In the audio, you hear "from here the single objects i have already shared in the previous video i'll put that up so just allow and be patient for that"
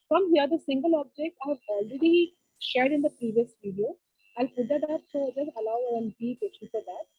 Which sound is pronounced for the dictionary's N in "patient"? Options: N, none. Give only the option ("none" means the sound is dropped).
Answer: none